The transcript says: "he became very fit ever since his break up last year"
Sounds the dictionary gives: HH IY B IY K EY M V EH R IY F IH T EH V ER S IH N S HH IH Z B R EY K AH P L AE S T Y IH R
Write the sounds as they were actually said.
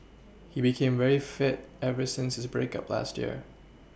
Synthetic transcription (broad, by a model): HH IY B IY K EY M V EH R IY F IH T EH V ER S IH N S HH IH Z B R EY K AH P L AE S T Y IH R